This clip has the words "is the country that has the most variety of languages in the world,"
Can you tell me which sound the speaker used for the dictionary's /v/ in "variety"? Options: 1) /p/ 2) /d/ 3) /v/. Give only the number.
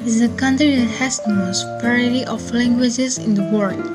1